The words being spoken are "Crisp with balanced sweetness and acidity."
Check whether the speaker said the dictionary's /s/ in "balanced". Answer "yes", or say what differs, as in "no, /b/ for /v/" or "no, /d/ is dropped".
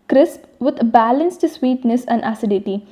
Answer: yes